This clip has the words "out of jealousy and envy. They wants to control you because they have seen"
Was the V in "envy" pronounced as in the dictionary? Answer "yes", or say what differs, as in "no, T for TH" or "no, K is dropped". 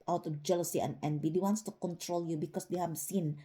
no, B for V